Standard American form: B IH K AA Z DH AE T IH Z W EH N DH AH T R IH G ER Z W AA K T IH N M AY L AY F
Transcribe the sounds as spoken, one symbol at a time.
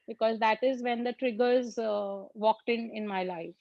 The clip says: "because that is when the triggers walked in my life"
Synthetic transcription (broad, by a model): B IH K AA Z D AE T IH Z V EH N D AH T R IH G ER Z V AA K T IH N M AY L AY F